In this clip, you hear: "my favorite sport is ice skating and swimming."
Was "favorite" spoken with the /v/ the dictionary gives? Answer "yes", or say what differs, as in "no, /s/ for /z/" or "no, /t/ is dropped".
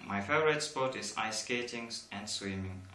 no, /v/ is dropped